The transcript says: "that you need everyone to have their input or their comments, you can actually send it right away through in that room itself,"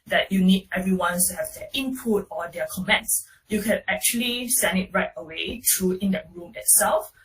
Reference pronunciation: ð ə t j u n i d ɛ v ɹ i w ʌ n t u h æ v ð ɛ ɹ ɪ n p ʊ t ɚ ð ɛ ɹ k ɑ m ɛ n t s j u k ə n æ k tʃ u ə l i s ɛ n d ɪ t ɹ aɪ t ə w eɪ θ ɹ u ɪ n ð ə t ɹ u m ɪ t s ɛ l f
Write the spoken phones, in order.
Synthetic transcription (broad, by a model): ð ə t j u n i d ɛ v ɹ i w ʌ n t u h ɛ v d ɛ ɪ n p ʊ t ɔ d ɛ k ɑ m ɛ n t s j u k ə n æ k tʃ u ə l i s ɛ n d ɪ t ɹ aɪ t ə w eɪ t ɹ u ɪ n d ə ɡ ɹ u m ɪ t s ɛ l f